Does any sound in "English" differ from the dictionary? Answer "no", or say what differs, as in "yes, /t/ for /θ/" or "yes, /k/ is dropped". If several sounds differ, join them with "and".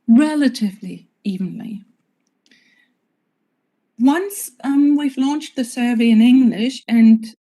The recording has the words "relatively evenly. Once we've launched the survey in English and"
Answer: no